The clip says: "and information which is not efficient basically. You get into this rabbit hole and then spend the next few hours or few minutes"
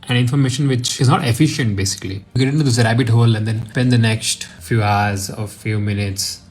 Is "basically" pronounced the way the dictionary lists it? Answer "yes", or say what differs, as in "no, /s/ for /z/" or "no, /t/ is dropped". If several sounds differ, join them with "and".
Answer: no, /l/ is dropped